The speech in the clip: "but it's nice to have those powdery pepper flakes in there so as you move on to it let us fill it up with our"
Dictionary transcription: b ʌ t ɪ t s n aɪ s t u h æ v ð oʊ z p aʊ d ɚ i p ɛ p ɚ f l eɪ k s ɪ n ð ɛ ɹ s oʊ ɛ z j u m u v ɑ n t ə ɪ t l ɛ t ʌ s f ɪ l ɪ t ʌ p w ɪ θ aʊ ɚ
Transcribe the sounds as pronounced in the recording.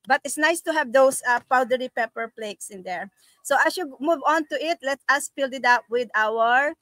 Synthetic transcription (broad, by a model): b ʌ t ɪ t s n aɪ s t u h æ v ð oʊ s p aʊ d ɚ i p ɛ p ɚ p l eɪ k s ɪ n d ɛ ɹ s oʊ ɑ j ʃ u m u v ɑ n t ə ɪ t l ɛ t ʌ s p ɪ l ɪ t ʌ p w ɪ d aʊ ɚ